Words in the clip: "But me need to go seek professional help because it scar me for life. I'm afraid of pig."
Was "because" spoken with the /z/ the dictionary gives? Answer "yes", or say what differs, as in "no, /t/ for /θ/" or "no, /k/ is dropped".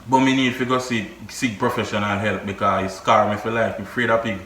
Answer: no, /z/ is dropped